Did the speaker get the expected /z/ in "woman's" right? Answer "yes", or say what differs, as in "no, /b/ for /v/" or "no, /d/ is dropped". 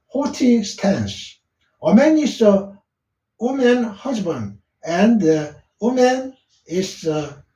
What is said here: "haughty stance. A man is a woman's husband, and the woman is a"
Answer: no, /z/ is dropped